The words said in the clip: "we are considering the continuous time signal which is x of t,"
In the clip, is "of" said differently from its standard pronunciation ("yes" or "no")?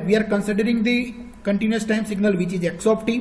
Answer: yes